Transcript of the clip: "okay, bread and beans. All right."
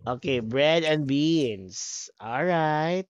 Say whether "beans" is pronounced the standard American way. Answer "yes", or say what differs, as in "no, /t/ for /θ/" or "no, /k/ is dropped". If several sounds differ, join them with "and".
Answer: no, /s/ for /z/